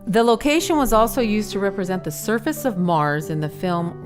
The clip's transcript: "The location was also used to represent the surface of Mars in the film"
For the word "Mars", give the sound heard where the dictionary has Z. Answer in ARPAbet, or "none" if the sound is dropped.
Z